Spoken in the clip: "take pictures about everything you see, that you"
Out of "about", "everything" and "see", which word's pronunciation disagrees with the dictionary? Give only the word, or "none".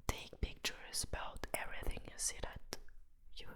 none